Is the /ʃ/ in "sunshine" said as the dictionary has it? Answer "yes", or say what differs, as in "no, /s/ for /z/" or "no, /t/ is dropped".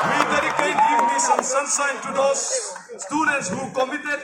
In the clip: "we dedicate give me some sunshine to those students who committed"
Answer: no, /s/ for /ʃ/